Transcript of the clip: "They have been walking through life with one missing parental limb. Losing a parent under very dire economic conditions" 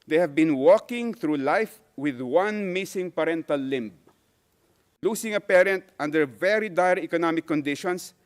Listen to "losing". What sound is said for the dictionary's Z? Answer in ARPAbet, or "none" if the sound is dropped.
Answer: S